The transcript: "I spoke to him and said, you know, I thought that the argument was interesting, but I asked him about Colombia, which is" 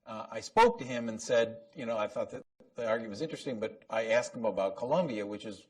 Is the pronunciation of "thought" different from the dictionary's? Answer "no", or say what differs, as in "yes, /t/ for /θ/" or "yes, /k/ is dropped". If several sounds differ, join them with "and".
no